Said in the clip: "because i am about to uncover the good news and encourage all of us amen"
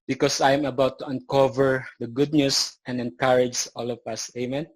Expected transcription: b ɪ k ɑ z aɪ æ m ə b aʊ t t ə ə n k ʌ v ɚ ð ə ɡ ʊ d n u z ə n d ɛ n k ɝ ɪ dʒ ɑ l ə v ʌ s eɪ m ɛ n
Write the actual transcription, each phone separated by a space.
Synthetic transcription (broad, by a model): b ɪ k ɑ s aɪ m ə b aʊ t t ə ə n k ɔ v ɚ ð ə ɡ ʊ d n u s ə n d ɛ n k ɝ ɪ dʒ ɑ l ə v ʌ s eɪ m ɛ n